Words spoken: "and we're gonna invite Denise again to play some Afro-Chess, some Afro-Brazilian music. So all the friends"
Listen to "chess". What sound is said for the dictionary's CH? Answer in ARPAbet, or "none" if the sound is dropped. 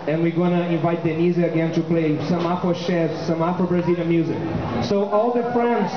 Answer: SH